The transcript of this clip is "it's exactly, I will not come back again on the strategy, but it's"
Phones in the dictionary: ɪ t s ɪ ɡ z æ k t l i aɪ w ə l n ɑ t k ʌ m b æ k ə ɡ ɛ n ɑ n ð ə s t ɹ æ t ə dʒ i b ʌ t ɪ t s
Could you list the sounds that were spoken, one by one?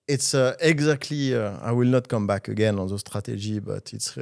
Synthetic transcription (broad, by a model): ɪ t s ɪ ɡ z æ k t l i aɪ w ə l n ɑ t k ʌ m b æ k ə ɡ ɛ n ɑ n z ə s t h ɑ t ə ʒ i b ʌ t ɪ t s